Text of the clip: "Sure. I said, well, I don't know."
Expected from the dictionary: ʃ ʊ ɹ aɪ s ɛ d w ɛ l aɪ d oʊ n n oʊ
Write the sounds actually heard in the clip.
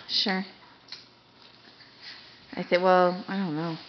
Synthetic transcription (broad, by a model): ʃ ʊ ɹ aɪ θ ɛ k w ɛ l aɪ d oʊ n n oʊ